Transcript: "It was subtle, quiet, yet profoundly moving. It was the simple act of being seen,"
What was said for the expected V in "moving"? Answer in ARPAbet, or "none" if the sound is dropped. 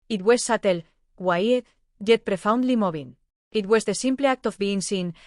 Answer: B